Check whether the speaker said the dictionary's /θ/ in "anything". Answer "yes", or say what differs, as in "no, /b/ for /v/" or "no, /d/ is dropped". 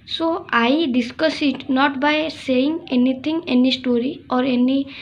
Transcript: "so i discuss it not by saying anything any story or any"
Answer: no, /t/ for /θ/